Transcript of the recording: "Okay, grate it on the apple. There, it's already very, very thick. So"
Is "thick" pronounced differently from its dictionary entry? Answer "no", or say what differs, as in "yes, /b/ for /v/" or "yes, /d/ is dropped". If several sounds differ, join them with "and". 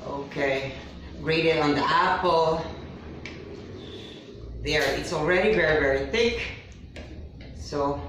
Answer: no